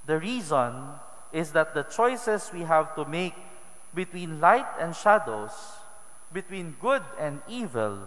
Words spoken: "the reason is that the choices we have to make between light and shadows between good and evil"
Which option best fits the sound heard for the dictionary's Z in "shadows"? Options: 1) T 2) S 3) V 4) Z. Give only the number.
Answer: 2